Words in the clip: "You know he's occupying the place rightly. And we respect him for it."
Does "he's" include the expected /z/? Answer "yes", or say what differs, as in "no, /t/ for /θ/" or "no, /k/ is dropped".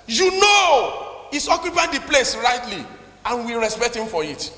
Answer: no, /s/ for /z/